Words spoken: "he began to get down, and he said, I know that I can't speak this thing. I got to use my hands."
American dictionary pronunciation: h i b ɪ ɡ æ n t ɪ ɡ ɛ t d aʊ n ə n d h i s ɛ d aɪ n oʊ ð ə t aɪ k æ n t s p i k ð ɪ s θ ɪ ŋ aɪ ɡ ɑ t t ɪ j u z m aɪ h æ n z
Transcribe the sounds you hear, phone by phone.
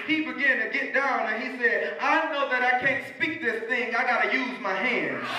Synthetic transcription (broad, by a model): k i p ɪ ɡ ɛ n t ɪ ɡ ɛ t d aʊ n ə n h i s ɛ d aɪ n oʊ ð ə t aɪ k æ n t s p i k ð ɪ s θ ɪ ŋ aɪ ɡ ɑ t t ɪ j u z m aɪ h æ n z